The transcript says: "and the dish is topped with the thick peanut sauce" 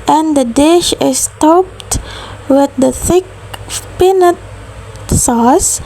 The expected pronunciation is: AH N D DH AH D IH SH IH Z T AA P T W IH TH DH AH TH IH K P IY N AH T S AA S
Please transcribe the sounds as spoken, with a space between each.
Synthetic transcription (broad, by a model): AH N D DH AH D IH SH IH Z T AA P T W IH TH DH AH TH IH K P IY N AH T S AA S